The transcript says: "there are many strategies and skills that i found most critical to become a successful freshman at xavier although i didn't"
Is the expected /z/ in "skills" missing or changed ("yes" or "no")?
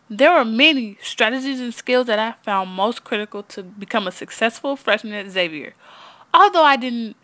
no